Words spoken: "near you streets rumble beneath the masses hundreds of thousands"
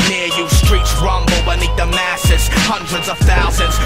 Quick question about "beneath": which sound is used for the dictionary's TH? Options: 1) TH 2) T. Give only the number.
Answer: 2